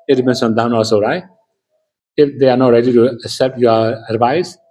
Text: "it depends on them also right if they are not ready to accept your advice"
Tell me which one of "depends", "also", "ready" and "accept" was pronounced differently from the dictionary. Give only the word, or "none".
depends